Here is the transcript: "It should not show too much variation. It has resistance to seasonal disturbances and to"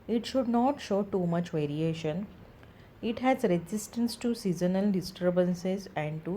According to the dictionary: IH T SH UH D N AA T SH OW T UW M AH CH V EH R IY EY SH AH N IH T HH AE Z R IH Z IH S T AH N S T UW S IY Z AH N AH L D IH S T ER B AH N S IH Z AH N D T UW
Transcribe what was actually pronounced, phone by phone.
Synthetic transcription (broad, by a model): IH T SH UH D N AA T SH OW T UW M AH CH V EH R IY EY SH AH N IH T HH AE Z R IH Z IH S T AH N S T UW S IY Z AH N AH L D IH S T ER B AH N S IH Z AH N D T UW